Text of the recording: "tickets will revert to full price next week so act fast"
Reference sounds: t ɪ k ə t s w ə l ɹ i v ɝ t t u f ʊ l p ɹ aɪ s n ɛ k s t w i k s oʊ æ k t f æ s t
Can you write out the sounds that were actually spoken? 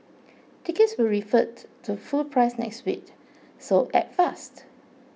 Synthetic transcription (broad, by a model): t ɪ k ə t s w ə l ɹ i f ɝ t t u f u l p ɹ aɪ s n ɛ k s t w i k s oʊ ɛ t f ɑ s t